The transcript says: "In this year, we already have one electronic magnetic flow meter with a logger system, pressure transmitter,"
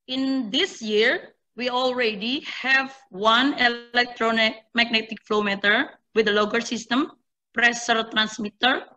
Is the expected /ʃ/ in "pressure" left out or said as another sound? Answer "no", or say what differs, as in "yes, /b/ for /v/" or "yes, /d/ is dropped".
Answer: yes, /s/ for /ʃ/